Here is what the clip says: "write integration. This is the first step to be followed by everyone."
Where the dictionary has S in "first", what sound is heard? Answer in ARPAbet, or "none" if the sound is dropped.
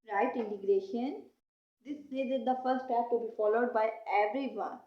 none